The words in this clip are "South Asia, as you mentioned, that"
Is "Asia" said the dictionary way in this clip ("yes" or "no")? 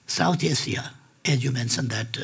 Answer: no